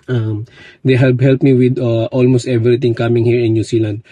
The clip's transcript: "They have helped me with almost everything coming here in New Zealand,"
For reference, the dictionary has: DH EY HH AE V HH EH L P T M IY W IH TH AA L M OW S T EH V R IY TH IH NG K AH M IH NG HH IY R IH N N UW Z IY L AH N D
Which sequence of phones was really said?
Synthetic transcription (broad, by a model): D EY HH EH P HH EH L P M IY W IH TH AA L M OW S T EH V R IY T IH NG K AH M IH NG HH IY R IH N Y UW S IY L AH N D